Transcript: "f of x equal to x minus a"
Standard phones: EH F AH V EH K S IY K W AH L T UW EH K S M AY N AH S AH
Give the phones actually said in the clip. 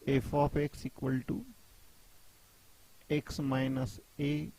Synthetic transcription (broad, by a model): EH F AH P EH K S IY K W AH L T UW EH K S M AY N AH S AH